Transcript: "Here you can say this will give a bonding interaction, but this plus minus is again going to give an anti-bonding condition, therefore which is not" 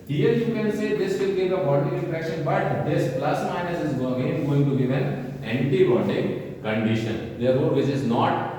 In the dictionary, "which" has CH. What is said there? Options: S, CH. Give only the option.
S